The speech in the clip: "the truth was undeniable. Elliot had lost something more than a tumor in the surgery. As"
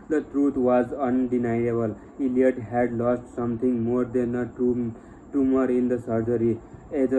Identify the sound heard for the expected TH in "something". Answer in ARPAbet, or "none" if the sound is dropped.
T